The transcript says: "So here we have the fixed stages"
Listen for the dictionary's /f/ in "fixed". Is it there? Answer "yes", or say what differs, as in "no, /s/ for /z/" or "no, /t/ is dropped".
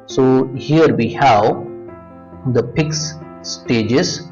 no, /p/ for /f/